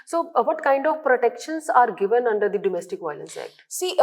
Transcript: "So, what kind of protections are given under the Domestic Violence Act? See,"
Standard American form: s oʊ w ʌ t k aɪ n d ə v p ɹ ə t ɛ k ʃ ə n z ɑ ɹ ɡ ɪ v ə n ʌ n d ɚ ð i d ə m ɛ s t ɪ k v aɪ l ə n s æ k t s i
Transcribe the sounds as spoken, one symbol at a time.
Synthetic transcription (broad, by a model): s oʊ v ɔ t k aɪ n d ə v p ɹ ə t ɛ k ʃ ə n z ɑ ɹ ɡ ɪ v ə n ʌ n d ɚ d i d ə m ɛ s t ɪ k v aɪ l ə n s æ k t s i